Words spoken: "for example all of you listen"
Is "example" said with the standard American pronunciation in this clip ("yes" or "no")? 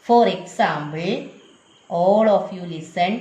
no